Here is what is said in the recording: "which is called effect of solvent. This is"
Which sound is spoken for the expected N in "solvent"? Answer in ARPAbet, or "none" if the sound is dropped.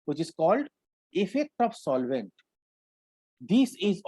N